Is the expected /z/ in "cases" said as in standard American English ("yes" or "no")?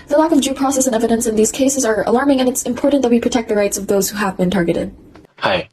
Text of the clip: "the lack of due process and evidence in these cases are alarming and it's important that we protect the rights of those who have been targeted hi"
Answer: yes